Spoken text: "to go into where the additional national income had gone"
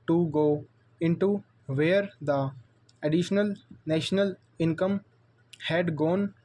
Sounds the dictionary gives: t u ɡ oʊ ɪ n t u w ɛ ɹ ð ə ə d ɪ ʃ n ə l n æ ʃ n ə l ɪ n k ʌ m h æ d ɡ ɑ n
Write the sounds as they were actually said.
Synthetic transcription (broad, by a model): t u ɡ oʊ ɪ n t u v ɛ ɹ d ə ə d ɪ ʃ n ə l n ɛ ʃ n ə l ɪ n k ʌ m h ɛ d ɡ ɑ n